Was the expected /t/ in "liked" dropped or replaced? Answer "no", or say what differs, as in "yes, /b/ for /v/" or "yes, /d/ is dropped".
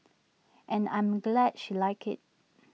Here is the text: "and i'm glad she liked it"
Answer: yes, /t/ is dropped